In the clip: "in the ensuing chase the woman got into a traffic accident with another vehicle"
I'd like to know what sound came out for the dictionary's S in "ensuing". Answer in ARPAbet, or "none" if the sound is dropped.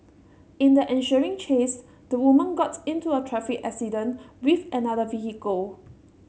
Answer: SH